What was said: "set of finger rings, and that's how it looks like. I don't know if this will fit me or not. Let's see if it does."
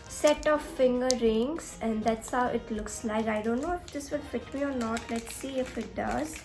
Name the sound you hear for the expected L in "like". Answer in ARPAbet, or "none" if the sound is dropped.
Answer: N